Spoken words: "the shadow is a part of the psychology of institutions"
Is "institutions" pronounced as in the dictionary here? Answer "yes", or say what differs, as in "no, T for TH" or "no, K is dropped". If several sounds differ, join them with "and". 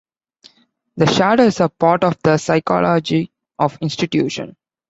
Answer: no, Z is dropped